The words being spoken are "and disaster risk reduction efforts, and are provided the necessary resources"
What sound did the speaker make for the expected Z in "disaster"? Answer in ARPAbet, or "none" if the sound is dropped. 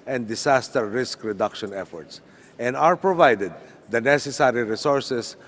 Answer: S